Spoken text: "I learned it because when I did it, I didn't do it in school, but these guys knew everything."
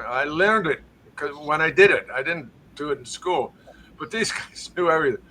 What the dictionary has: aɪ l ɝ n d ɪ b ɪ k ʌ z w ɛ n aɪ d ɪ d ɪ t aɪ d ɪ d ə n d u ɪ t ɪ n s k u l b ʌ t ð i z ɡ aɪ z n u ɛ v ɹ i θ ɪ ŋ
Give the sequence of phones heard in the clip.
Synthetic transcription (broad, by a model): aɪ l ɝ n d ɪ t k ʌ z w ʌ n aɪ d ɪ d ɪ t aɪ d ɪ d n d ɪ t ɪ n s k u l b ʌ t ð i z ɡ aɪ z n u ɛ v ɹ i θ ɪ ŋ